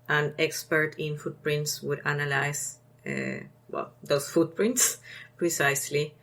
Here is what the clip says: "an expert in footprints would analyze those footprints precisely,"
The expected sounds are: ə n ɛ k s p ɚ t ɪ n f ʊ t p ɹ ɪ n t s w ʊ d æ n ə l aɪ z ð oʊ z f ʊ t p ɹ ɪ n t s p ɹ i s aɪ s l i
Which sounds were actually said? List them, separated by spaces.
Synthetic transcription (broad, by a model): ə n ɛ k s p ɚ t ɪ n f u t p ɹ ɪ n t s w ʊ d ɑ n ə l aɪ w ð oʊ s f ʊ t p ɹ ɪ n t s p ɹ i s aɪ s l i